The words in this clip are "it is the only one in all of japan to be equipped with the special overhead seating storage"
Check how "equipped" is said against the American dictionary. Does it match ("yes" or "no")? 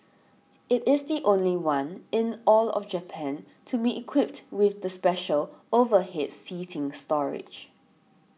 yes